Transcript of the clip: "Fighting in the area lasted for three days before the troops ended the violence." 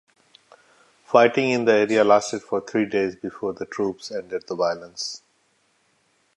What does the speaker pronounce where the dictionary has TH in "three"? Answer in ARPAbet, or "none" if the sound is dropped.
T